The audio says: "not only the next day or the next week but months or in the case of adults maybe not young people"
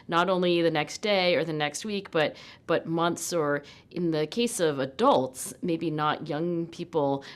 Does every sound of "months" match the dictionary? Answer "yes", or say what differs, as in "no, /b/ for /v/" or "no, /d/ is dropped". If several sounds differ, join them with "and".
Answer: yes